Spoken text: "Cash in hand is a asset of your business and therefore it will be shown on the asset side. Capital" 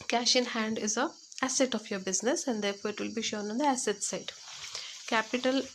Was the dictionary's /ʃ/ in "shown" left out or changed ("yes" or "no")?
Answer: no